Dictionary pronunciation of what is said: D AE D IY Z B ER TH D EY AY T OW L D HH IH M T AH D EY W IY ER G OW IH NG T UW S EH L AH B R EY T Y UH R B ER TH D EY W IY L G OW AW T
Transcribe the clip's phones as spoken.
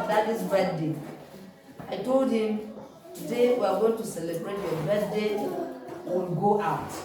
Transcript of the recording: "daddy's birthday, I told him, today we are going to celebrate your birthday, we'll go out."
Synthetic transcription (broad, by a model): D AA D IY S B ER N D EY AY T OW L D HH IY M T AH D EY W IY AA G OW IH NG T UW S EH L AH B R EY T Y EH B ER T D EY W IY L G OW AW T